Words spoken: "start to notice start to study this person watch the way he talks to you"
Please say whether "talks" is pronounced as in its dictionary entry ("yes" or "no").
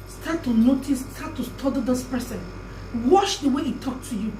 no